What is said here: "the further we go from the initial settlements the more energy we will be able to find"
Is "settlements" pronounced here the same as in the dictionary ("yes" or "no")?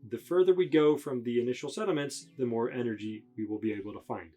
no